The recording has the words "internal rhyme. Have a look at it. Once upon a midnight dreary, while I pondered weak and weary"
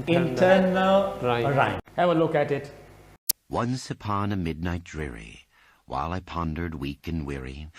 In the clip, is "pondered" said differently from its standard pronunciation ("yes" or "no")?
no